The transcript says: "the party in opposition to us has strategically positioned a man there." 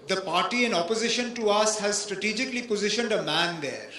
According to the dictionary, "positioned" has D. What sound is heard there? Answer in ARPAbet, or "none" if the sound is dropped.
D